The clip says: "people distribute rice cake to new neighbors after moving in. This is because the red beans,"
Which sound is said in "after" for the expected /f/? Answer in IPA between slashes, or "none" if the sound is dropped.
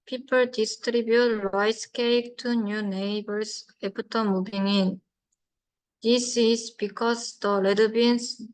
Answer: /p/